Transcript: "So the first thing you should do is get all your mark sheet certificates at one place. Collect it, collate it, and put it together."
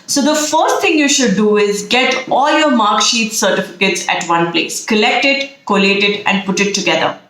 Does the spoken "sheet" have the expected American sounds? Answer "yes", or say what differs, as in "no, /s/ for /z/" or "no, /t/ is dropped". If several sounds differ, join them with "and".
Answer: yes